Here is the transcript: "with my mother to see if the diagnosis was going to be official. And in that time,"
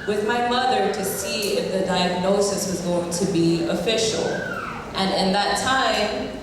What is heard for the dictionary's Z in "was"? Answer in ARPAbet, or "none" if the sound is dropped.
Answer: Z